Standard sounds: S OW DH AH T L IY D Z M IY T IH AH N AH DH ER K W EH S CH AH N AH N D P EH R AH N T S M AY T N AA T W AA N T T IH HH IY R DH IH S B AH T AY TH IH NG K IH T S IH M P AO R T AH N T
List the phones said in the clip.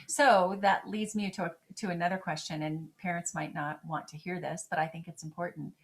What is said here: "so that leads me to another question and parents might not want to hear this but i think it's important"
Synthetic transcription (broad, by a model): S OW DH AH T L IY D Z M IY T IH AH N AH DH ER K W EH S CH AH N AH N P EH R AH N T S M AY T N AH T W AA N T T IH HH IY R DH IH S B AH T AY TH IH NG K IH T S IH M P AO R T N T